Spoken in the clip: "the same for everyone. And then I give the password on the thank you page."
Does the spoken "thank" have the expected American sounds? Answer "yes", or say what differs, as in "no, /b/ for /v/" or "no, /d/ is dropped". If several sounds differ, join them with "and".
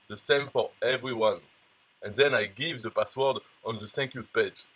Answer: no, /s/ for /θ/